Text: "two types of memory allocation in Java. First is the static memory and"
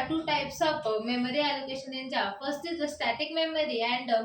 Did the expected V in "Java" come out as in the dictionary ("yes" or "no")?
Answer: no